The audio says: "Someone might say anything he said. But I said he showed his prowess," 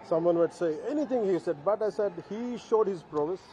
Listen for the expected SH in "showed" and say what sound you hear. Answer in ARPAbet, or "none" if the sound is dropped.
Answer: SH